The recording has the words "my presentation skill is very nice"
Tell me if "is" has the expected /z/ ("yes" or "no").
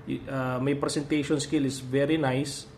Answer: no